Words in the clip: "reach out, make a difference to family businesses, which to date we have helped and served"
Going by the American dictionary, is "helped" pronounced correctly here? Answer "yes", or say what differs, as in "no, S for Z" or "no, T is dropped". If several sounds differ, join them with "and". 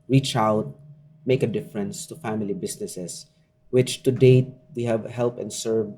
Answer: no, T is dropped